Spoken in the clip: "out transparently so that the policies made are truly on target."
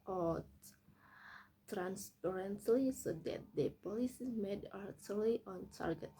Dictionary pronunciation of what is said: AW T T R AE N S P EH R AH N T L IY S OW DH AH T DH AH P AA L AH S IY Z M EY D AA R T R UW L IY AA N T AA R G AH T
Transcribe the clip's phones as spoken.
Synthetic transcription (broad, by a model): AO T T R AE N S P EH R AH N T L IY S OW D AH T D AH P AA L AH S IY M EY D AA R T UW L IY AA N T AA R G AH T